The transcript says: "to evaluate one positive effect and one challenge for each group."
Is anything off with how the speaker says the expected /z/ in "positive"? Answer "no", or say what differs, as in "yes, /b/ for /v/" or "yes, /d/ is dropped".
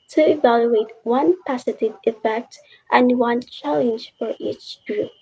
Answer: yes, /s/ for /z/